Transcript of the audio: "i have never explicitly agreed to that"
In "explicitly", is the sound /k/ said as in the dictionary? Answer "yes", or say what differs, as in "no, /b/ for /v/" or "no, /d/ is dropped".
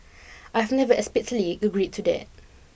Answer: no, /k/ is dropped